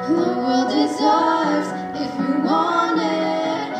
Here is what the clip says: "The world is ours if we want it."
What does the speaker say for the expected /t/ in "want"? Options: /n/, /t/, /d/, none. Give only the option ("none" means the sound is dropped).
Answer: none